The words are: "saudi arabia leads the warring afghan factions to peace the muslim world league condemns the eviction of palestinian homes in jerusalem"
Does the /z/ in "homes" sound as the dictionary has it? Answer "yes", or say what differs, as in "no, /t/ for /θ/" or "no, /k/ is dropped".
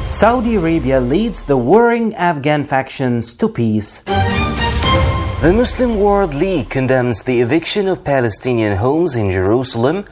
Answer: yes